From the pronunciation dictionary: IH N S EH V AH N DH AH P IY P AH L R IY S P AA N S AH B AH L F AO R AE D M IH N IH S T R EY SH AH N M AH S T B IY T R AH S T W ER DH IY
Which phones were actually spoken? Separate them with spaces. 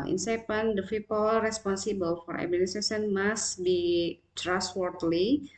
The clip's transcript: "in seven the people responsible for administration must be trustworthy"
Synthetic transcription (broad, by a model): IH N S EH P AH N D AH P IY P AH L R IY S P AA N S AH B AH L F AO R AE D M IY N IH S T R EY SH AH N M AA S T B IY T R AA S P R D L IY